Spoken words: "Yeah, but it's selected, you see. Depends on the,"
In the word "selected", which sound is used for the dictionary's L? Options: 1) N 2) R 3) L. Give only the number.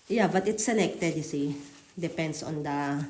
1